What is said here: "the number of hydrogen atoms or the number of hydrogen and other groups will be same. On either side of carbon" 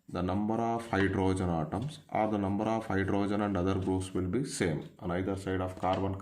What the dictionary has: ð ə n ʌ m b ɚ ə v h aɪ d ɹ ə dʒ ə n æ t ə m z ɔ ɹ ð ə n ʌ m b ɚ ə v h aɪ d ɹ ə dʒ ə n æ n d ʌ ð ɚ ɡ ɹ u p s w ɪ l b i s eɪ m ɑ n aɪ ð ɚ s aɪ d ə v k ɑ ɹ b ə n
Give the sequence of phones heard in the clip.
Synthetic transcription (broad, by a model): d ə n ʌ m b ɚ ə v h aɪ d ɹ ə dʒ ə n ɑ t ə m s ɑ ɹ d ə n ʌ m b ɚ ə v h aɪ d ɹ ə dʒ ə n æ n d ʌ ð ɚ ɡ ɹ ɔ s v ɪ l b i s eɪ m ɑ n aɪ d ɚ s aɪ d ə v k ɑ ɹ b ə n